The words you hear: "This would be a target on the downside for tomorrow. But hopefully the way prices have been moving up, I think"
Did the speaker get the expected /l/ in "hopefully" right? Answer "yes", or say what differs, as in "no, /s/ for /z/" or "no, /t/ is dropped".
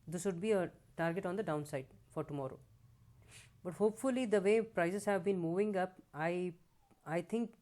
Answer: yes